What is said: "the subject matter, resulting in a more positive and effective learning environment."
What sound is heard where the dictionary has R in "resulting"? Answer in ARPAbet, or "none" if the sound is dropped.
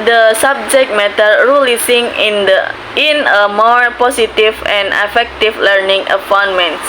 L